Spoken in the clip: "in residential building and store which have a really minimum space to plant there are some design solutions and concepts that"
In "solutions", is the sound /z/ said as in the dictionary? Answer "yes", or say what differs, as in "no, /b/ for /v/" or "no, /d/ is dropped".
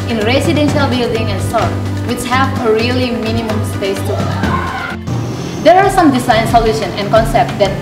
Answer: no, /z/ is dropped